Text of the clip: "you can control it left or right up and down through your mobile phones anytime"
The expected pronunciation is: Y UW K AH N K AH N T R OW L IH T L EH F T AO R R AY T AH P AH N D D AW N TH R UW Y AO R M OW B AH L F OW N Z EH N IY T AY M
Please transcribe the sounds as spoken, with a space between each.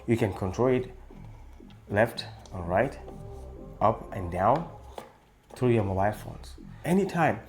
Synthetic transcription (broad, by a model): Y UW K AH N K AH N T R OW L IH T L EH F T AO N R AY T AH P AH N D D AW N TH R UW Y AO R M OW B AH L F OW N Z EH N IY T AY M